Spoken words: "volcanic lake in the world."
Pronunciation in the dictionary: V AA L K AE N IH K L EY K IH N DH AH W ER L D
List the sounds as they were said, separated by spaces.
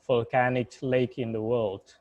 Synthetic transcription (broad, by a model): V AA L K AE N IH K L EY K IH N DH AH W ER L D